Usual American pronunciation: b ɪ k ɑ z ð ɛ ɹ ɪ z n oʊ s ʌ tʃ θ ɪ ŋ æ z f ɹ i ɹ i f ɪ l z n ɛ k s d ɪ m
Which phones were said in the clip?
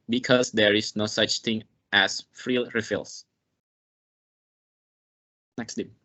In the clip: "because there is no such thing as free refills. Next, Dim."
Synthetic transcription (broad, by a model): b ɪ k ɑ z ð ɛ ɹ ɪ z n oʊ s ʌ tʃ θ ɪ ŋ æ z f ɹ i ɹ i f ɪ l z n ɛ k s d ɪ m